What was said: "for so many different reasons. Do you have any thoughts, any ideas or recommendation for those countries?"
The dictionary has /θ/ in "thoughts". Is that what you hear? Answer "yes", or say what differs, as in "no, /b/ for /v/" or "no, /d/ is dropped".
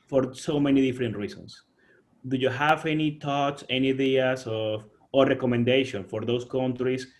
no, /t/ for /θ/